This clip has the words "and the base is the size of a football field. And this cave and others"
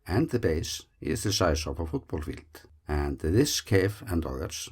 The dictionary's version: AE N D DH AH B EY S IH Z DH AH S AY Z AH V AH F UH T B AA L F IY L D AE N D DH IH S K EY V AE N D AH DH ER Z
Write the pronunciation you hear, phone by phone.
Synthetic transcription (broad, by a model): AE N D DH AH B EY S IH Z DH AH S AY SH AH P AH F UH T B AA L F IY L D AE N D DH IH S K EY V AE N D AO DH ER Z